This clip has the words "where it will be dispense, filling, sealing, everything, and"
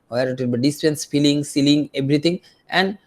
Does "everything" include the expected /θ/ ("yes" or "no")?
no